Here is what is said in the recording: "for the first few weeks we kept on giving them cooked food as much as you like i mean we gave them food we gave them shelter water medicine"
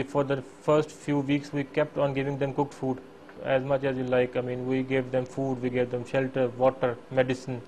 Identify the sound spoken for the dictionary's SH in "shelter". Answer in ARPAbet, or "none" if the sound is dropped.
SH